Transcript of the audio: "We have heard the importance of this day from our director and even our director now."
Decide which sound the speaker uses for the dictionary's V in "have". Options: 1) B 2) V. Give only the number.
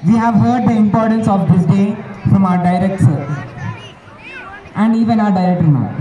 2